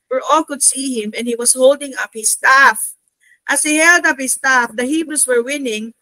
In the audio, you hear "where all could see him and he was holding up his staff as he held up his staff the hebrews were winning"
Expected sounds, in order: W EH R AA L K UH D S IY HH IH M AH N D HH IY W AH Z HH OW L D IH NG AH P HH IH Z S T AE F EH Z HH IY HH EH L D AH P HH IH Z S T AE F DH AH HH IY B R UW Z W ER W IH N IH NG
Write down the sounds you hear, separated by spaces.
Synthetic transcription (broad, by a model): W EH R AA L K UH D S IY HH IH M AH N D HH IY W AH S HH OW L D IH NG AH P HH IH S T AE F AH S HH IY HH EH L D AH P HH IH S T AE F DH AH HH IY B R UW S W ER W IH N IH NG